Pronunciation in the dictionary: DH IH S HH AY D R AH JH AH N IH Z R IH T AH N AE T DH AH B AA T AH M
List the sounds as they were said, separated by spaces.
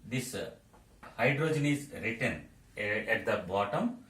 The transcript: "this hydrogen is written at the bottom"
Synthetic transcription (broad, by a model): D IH S HH AY D R AH JH AH N IH Z R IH T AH N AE T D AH B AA T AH M